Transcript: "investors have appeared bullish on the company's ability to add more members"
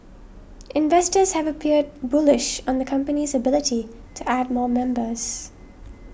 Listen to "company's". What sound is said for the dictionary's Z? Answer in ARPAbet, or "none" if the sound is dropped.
Z